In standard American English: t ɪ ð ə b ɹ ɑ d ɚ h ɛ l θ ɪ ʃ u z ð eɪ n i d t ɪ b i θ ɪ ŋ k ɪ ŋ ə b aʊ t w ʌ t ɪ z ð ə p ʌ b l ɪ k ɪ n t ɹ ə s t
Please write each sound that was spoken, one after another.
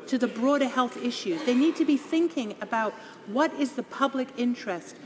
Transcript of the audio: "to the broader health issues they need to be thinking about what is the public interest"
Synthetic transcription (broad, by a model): t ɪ ð ə b ɹ ɑ d ɚ h ɛ l θ ɪ ʃ u z ð eɪ n i d t ɪ b i θ ɪ ŋ k ɪ ŋ ə b aʊ t w ʌ t ɪ z ð ə p ʌ b l ɪ k ɪ n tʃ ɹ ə s t